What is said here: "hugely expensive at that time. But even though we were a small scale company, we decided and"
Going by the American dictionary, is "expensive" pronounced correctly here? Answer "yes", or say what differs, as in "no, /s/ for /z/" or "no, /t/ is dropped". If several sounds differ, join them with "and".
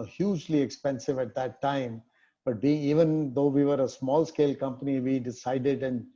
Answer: yes